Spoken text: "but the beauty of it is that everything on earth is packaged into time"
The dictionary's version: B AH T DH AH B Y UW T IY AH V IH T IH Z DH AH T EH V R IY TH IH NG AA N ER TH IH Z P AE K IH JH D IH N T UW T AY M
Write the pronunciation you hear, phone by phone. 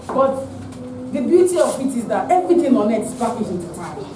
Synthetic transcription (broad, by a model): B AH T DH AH B Y UW T IY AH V IH T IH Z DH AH T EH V R IY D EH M AA N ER T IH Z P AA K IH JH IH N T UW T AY